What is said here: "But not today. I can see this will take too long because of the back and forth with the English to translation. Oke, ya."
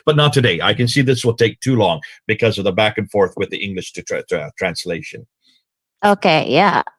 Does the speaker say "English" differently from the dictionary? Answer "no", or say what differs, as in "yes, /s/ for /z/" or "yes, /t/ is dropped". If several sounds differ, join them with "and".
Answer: no